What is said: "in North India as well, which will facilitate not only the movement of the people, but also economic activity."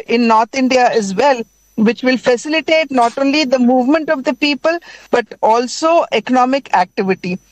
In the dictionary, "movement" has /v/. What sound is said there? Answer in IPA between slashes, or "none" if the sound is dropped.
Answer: /v/